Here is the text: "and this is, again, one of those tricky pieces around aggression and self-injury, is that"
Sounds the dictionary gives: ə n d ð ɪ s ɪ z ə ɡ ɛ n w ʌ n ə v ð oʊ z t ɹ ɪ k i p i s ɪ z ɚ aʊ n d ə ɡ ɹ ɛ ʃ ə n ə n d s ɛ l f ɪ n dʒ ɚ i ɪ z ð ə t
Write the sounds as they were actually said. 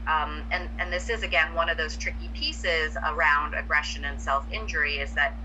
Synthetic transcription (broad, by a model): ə n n ð ɪ s ɪ z ə ɡ ɛ n w ʌ n ə v ð oʊ z t ɹ ɪ k i p i s ɪ z ɚ aʊ n d ə ɡ ɹ ɛ ʃ ə n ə n s ɛ l f ɪ n dʒ ɚ i ɪ z ð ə t